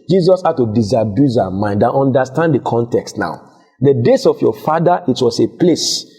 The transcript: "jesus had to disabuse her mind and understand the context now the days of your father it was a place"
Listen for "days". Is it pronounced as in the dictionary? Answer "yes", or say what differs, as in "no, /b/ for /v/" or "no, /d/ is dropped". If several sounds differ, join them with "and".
no, /s/ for /z/